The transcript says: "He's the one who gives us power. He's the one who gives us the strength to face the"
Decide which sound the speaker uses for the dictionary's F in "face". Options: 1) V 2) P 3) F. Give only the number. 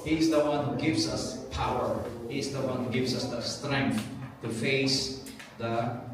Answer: 3